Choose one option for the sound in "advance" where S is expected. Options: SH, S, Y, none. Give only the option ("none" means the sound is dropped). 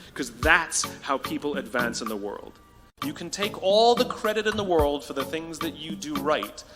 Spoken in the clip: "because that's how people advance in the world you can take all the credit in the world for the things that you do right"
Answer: S